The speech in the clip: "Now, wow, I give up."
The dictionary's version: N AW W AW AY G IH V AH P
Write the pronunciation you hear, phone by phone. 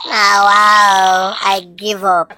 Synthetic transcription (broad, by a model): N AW W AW AY G IH V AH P